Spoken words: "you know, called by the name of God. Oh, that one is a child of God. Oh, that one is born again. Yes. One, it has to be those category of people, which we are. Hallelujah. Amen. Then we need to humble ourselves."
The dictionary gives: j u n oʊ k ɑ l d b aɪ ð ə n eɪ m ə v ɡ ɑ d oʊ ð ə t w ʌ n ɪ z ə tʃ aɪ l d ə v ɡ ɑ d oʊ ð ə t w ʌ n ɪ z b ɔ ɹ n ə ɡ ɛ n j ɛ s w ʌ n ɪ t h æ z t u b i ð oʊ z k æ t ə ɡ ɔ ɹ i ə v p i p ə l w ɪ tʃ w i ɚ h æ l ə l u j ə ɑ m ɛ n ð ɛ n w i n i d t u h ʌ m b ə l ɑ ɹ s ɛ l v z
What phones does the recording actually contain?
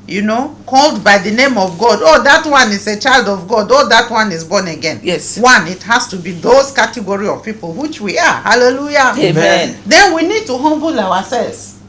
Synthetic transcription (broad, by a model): j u n oʊ k ɑ l d b aɪ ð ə n eɪ m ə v ɡ ɑ d oʊ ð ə t w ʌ n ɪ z ə tʃ aɪ l d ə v ɡ ɑ d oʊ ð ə t w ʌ n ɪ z b ɔ n ə ɡ ɛ n j ɛ s w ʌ n ɪ t h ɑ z t u b i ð oʊ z k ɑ t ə ɡ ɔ ɹ i ə v p i p ə l w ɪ tʃ w i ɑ h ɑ l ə l u j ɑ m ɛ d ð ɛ n w i n i d t u h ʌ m b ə l ɑ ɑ s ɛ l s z